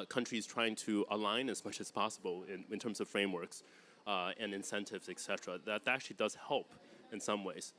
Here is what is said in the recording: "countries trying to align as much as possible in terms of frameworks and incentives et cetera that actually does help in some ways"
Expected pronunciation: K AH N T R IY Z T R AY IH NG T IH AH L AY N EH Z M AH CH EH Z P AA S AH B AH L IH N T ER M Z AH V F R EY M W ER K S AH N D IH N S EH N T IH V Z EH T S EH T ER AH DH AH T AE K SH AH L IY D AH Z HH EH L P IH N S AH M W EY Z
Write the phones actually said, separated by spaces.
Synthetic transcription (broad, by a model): K AH N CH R IY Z T R AY IH NG T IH AH L AY N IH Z M AH CH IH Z P AA S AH B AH N IH N T ER M Z AH V F R EY M W ER K S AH N IH N S EH N T IH V Z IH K S EH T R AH DH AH T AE K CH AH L IY D AH Z HH EH L P IH N S AH M W EY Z